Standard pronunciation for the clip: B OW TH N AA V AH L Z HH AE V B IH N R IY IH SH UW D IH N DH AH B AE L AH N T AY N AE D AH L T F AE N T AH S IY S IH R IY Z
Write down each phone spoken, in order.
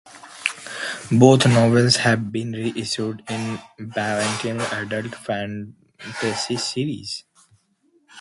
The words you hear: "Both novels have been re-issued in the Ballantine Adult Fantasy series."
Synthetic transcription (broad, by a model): B OW T N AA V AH L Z HH AE V B IH N R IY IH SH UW D IH N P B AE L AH N T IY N AE D AH L T F AE N T AH S IY S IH R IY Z